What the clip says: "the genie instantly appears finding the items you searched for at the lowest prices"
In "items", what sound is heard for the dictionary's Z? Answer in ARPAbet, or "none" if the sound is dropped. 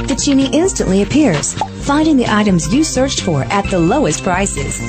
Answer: Z